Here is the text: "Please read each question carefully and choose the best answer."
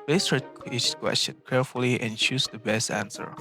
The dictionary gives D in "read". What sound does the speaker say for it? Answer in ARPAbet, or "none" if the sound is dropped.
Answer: none